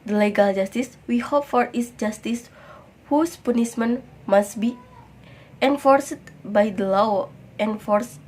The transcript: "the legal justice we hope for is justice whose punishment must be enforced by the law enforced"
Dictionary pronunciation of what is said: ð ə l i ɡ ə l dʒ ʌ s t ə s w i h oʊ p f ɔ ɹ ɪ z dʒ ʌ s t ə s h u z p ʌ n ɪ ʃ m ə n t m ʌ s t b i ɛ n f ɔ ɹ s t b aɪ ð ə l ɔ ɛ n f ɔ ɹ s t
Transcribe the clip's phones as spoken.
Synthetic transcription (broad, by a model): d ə l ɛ ɡ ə l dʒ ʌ s t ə s w i h oʊ p f ɔ ɹ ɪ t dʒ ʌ s t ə s h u s p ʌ n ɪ s m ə n m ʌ s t b i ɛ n f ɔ ɹ s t b aɪ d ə l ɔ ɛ n f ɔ ɹ s